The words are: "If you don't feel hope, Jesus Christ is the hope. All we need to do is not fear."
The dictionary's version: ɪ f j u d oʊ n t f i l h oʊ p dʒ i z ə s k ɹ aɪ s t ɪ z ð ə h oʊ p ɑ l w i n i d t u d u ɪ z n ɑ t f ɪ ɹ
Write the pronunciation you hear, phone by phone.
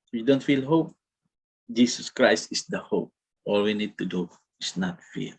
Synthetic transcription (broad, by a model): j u d oʊ n t f i l h oʊ p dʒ i s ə s k ɹ aɪ s t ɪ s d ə h oʊ p ɑ l w i n i d t u d u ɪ s n ɑ t f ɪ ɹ